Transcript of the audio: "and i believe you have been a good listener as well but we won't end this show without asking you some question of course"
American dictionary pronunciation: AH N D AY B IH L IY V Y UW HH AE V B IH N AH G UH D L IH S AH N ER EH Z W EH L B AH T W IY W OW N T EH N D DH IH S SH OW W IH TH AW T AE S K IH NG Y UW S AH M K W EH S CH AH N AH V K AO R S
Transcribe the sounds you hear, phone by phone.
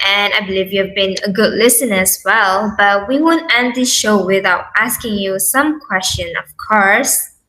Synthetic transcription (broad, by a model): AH N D AY B IH L IY V Y UW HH V B IH N AH G UH D L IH S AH N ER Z W EH L B AH T W IY W OW N T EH N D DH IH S SH OW W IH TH AW T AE S K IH NG Y UW S AH M K W EH S CH AH N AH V K AO R S